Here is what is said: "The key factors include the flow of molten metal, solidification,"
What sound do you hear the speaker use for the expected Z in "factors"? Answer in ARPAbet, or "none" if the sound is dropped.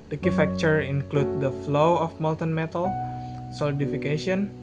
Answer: none